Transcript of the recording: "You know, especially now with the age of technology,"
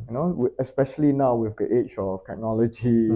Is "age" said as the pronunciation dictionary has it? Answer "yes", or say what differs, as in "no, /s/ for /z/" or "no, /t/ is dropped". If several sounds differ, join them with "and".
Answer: no, /tʃ/ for /dʒ/